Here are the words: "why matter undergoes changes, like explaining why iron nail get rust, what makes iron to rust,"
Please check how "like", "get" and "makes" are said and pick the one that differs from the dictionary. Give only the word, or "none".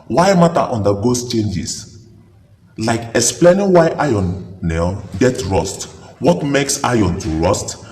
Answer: none